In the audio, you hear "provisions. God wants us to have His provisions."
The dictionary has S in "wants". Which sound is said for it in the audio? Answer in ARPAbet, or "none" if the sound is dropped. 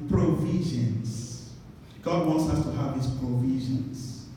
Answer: S